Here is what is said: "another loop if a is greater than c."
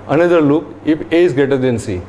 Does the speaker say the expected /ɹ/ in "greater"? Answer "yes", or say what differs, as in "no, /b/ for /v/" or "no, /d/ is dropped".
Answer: no, /ɹ/ is dropped